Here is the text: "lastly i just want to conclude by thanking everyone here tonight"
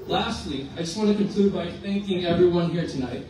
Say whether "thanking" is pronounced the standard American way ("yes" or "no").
yes